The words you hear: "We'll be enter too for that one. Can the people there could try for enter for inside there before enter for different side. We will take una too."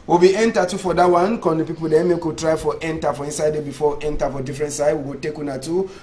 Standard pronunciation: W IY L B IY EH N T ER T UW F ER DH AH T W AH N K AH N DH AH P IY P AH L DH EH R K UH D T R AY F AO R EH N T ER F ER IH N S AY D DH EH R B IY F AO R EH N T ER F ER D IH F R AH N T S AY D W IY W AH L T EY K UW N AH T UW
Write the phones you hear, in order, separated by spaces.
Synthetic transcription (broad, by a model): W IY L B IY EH N T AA T UW F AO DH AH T W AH N K AH N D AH P IY P AH L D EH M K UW T R AY F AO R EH N T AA F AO IH N S AY D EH B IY F AO W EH N T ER F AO D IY F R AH N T S AY D W IY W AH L T EY K UW N AH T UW